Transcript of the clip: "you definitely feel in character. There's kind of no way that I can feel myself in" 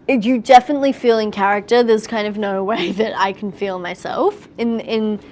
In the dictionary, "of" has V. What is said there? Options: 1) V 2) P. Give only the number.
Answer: 1